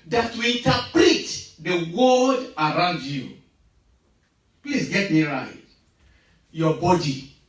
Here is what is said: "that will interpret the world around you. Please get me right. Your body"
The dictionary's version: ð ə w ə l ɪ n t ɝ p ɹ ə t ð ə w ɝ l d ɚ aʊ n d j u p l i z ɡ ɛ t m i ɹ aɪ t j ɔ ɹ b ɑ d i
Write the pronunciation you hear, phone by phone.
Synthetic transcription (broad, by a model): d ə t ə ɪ n t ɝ p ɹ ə t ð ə w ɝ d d aʊ n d j u p l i s ɡ ɛ t m i ɹ aɪ t j ɔ b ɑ d i